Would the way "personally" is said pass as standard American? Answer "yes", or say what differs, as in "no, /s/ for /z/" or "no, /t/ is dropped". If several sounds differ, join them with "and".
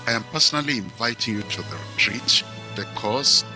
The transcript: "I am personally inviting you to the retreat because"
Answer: yes